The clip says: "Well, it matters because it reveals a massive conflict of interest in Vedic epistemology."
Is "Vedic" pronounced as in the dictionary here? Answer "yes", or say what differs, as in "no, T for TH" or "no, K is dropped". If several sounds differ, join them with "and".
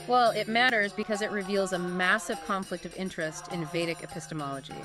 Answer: yes